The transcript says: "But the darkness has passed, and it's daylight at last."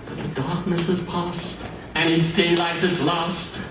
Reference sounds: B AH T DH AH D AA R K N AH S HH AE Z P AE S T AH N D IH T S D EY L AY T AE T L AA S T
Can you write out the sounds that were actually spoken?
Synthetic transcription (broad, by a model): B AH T DH AH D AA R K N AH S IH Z P AE S T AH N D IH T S D EY L AY T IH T L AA S T